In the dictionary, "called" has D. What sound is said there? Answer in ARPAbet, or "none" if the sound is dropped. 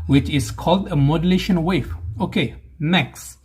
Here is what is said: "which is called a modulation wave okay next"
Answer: D